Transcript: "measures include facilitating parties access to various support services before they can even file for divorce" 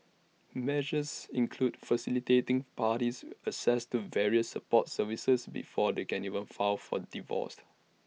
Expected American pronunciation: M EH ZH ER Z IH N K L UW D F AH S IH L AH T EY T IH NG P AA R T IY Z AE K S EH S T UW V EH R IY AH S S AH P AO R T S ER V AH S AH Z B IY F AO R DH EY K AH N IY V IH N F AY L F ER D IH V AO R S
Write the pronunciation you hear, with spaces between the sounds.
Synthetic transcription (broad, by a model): M EH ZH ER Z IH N K L UW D F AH S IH L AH T EY T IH NG P AA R T IY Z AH S EH S T UW V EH R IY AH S S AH P AO T S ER V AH S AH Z B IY F AO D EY K AH N IY V IH N F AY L F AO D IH V AO S